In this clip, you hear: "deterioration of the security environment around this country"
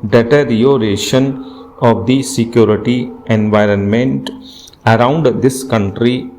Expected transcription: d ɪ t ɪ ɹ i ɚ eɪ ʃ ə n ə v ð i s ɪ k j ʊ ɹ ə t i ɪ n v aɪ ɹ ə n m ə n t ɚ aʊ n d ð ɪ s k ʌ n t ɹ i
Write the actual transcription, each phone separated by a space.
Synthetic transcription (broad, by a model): d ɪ t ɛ ɹ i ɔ eɪ ʃ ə n ə v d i s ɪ k j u ɹ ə t i ɪ n v aɪ ɹ ə n m ə n t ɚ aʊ n d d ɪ s k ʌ n t ɹ i